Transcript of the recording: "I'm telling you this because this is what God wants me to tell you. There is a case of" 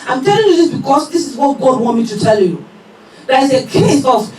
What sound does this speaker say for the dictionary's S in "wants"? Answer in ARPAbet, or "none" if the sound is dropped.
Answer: none